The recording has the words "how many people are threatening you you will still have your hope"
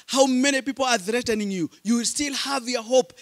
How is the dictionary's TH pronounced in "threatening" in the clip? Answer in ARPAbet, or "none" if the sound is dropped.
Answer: TH